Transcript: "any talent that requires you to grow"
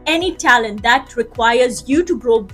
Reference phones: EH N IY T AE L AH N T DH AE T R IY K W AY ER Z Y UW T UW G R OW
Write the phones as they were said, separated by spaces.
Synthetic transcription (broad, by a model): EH N IY T AE L AH N T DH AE T R IY K W AY ER Z Y UW T UW G R OW